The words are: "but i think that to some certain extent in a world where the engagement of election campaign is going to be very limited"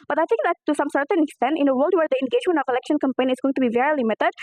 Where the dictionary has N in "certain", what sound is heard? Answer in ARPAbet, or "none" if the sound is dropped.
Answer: N